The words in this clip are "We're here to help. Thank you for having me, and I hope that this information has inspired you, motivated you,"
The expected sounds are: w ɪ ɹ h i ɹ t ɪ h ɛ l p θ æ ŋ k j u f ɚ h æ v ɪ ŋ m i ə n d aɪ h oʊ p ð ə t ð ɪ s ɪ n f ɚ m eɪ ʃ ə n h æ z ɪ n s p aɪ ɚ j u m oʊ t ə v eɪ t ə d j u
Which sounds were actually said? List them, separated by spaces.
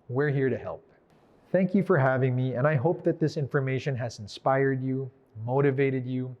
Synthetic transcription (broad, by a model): w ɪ ɹ h i ɹ t ɪ h ɛ l p θ æ ŋ k j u f ɚ h æ v ɪ ŋ m i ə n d aɪ h oʊ p ð ə t ð ɪ s ɪ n f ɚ m eɪ ʃ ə n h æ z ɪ n s p aɪ ɚ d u m oʊ t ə v eɪ t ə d j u